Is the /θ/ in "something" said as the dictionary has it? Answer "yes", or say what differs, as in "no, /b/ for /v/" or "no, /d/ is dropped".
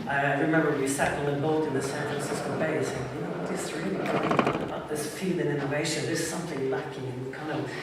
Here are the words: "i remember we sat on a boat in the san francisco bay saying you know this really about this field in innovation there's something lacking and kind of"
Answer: yes